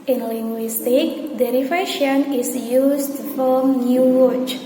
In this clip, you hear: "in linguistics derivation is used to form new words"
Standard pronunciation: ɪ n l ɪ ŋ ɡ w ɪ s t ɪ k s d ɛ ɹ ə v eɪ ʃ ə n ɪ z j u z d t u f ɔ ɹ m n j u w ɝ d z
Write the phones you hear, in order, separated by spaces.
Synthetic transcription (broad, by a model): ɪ n l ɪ ŋ ɡ w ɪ s t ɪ k d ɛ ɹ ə f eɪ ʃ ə n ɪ s j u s t u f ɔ l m n j u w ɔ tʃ